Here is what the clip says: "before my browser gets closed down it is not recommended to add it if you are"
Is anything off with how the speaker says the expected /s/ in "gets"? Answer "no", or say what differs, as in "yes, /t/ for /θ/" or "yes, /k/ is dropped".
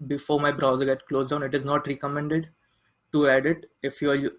yes, /s/ is dropped